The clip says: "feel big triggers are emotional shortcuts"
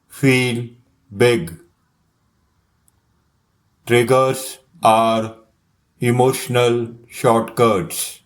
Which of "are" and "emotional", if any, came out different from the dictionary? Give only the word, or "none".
none